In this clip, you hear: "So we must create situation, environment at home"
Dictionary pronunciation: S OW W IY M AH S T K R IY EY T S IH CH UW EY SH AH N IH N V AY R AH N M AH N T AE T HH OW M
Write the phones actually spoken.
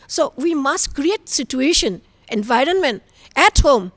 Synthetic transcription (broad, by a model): S OW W IY M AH S T K R IY EY T S IH CH UW EY SH AH N IH N V AY R AH N M AH N T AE T HH OW M